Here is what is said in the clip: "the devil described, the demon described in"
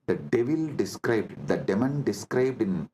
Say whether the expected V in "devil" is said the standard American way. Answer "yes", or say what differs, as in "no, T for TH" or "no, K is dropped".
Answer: yes